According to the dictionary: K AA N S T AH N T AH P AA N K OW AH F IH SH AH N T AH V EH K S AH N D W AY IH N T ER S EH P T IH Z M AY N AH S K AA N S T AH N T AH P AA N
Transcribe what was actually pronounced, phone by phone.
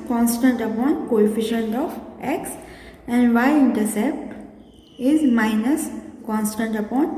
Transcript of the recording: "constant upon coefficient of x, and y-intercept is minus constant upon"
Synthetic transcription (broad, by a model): K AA N S T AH N T AH P AA N K OW AH F IH SH AH N T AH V EH K S AH N D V AY IH N T ER S EH P T IH Z M AY N AH S K AA N S T AH N T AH P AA N